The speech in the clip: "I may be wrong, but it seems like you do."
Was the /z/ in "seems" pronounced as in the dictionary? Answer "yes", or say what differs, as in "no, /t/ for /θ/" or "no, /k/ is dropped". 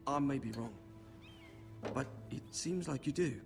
yes